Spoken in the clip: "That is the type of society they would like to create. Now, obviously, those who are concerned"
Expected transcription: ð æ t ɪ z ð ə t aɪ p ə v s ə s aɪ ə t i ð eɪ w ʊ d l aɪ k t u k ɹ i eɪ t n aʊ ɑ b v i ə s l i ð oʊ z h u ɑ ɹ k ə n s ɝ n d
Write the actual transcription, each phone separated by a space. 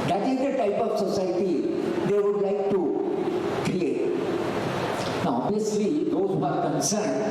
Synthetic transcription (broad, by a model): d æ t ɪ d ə t aɪ p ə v s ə s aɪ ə t i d eɪ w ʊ d l aɪ k t u k ɹ i eɪ t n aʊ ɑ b i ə s l i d oʊ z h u ɑ ɹ k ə n s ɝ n d